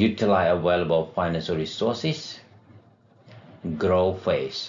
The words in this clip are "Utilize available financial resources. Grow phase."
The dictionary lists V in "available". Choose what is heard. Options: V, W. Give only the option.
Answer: W